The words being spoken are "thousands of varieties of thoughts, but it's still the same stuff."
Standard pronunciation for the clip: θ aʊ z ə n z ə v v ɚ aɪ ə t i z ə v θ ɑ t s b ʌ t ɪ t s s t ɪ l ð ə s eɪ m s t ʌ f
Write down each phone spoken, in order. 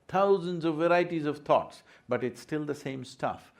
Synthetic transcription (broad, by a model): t aʊ z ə n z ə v v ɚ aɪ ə t i z ə v t ɑ t s b ʌ t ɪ t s s t ɪ l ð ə s eɪ m s t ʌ f